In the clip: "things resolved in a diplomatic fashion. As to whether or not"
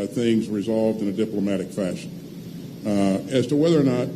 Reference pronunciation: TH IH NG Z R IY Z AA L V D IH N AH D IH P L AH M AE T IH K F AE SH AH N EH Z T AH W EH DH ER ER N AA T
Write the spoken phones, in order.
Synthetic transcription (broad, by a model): TH IH NG Z R IY Z AA L V D IH N AH D IH P L AH M AE T IH K F AE SH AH N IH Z T AH W EH DH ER ER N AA T